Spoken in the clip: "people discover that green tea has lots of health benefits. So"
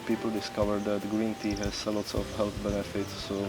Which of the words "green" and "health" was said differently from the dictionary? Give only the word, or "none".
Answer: none